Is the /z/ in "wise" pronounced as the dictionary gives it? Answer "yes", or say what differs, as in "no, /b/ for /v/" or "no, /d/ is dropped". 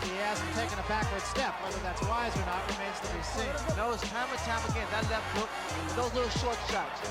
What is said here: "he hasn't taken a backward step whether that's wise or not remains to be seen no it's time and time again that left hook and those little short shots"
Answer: yes